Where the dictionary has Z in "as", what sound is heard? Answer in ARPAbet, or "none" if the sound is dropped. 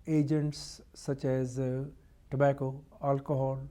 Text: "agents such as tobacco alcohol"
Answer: Z